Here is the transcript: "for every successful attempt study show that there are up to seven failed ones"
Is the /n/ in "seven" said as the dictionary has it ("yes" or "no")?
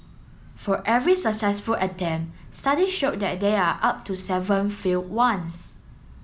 yes